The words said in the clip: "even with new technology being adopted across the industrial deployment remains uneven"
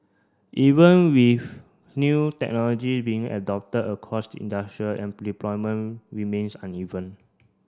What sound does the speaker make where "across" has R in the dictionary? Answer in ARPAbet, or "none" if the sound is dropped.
none